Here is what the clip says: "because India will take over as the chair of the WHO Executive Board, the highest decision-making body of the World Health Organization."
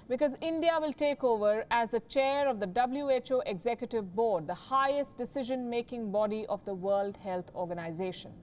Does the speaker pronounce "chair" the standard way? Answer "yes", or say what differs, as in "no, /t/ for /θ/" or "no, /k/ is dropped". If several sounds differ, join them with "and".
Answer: yes